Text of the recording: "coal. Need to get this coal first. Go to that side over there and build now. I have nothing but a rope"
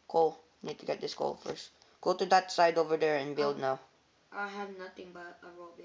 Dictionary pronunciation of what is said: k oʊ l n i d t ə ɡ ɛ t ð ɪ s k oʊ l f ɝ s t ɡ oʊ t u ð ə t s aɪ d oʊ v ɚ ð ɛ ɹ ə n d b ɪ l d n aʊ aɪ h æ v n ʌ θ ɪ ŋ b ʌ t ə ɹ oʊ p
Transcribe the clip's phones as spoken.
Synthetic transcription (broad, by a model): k oʊ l n i d t ə ɡ ɛ t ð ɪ s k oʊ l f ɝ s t ɡ oʊ t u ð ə t s aɪ d oʊ v ɚ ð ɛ ɹ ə n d b ɪ l d n aʊ aɪ h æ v n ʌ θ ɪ ŋ b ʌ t ə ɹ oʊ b